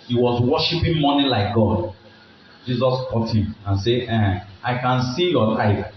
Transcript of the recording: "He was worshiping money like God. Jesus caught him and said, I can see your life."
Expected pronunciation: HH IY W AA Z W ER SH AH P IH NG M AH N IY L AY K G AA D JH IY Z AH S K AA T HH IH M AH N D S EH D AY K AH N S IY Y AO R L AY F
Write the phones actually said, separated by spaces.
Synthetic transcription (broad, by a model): HH IY W AA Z W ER SH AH P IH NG M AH N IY L AY K G AA D JH IY Z AH S K AA T HH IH M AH N S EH AY K AH N S IY Y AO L AY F